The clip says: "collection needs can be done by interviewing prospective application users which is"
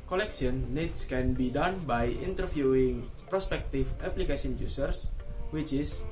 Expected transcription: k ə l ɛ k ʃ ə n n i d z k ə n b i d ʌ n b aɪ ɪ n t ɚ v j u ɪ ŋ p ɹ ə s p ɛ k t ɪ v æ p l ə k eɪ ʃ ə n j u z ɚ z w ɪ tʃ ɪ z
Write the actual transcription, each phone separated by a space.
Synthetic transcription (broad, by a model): k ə l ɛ k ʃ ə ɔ n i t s k ə n b i d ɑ n b aɪ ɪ n t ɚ f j u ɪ ŋ p ɹ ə s p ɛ k t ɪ f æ p l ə k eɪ s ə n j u s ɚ s w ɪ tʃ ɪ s